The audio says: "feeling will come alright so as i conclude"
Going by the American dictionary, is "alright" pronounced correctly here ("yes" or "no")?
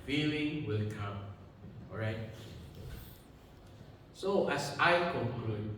no